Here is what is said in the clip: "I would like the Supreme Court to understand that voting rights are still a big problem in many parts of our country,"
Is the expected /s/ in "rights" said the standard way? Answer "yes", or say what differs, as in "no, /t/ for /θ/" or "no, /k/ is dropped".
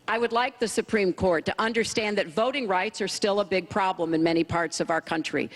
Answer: yes